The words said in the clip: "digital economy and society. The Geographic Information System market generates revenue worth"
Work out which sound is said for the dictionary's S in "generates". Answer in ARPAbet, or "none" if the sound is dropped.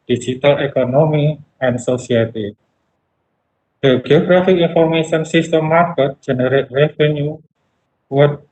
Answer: none